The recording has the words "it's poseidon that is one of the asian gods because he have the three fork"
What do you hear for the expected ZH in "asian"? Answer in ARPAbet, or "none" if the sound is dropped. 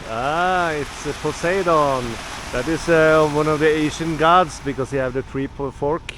SH